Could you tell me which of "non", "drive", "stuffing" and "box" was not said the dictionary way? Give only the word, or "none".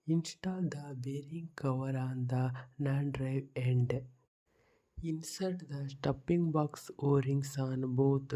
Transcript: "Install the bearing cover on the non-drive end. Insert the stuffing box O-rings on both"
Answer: stuffing